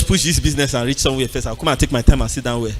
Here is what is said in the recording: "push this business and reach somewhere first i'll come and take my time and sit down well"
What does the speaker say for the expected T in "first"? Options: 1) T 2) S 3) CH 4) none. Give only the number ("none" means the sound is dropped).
4